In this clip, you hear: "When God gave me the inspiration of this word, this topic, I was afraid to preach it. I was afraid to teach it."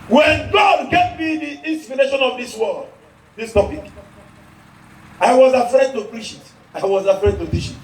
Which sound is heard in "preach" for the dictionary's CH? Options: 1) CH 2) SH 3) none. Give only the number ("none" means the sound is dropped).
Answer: 2